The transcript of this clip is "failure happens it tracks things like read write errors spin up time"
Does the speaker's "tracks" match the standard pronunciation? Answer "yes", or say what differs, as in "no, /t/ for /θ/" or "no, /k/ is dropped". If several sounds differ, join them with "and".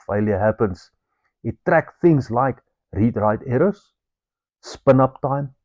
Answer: no, /s/ is dropped